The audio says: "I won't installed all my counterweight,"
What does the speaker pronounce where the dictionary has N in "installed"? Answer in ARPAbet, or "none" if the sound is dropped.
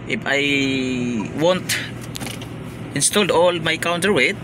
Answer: N